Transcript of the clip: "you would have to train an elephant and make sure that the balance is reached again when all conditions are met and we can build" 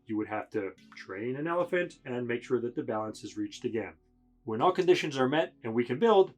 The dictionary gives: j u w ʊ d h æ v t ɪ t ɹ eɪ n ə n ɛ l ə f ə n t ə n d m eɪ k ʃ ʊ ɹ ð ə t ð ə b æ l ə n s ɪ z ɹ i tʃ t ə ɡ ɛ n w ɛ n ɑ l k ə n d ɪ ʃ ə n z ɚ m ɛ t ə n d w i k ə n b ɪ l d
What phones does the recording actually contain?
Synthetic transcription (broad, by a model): j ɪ w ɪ d h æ f t ɪ t ɹ eɪ n ə n ɛ l ə f ə n t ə n m eɪ k ʃ ʊ ɹ ð ə t ð ə b æ l ə n s ɪ z ɹ i tʃ t ə ɡ ɛ n w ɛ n ɑ l k ə n d ɪ ʃ ə n z ɚ m ɛ t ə n w i k ə n b ɪ l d